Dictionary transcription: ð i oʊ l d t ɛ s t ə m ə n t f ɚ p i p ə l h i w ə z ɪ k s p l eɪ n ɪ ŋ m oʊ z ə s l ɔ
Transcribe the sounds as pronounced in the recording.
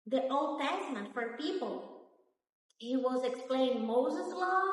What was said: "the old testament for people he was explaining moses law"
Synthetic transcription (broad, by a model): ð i oʊ l d t ɛ s t ə m ə n t f ɚ p i p ə l h i w ə z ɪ k s p l eɪ ɪ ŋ m oʊ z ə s l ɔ